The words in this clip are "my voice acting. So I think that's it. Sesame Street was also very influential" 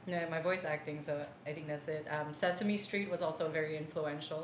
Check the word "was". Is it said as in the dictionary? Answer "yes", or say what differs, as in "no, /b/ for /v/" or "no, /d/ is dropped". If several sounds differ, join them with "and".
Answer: yes